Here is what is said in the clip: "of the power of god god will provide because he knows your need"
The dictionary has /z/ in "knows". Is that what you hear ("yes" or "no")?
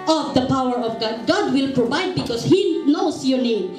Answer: no